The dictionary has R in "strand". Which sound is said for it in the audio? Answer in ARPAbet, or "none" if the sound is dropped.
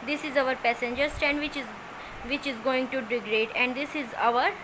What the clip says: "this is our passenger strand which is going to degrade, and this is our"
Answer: none